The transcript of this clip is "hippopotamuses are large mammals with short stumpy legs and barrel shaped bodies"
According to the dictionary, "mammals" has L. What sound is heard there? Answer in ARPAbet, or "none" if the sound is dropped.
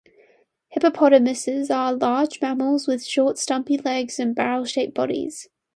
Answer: L